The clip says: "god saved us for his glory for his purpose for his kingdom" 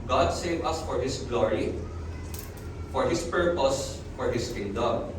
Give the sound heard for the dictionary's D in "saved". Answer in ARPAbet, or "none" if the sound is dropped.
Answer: none